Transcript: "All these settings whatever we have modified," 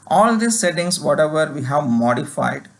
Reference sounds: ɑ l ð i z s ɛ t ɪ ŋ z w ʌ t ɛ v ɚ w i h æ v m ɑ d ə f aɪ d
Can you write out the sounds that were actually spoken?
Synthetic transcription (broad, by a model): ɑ l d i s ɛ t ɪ ŋ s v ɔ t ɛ v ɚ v i h æ v m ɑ d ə f aɪ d